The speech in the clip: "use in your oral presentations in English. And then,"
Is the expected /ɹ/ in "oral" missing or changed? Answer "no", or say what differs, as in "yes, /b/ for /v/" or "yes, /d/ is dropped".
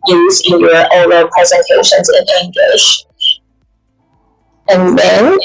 yes, /ɹ/ is dropped